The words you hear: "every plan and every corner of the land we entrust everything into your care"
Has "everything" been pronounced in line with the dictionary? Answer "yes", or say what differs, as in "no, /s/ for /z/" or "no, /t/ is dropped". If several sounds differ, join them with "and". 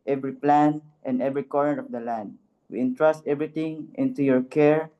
no, /t/ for /θ/